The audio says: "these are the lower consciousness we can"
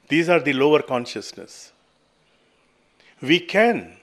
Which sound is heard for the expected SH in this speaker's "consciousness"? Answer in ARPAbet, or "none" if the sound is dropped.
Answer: SH